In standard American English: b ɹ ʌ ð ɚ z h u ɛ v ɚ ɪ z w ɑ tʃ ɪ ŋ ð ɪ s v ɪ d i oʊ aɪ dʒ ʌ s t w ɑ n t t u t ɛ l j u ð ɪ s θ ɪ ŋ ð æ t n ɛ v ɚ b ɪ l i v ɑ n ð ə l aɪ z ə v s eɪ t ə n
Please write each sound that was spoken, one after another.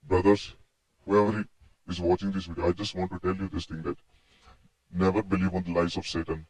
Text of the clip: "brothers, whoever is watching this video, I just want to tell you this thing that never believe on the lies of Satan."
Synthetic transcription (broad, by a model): b ɹ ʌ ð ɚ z h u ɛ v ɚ ɪ z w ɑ tʃ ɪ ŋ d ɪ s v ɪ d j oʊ aɪ dʒ ʌ s t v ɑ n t t u t ɛ l j u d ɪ s t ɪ ŋ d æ t n ɛ v ɚ b ɪ l i v ɑ n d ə l aɪ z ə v s eɪ t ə n